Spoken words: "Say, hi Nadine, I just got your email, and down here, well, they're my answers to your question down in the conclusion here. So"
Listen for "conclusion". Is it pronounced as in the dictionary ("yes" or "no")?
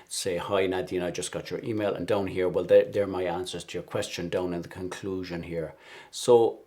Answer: yes